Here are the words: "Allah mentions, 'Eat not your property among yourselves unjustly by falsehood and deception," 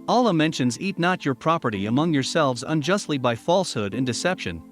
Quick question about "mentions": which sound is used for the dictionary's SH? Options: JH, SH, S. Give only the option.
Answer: SH